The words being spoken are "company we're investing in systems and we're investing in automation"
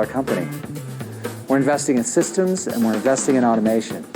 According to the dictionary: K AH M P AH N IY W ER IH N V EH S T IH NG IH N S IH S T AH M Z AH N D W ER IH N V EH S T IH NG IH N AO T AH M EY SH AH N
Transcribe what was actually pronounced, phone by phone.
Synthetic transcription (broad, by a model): K AH M P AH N IY W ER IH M V EH S T IH NG IH N S IH S T AH M Z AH N W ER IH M V EH S T IH NG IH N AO T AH M EY SH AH N